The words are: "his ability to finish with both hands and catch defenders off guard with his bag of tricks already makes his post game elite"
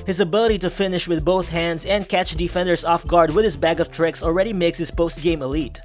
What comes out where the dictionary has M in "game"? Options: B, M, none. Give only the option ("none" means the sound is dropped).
M